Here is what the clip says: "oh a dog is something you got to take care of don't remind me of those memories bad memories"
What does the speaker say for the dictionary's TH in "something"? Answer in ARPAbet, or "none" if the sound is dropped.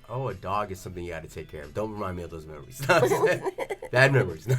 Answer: TH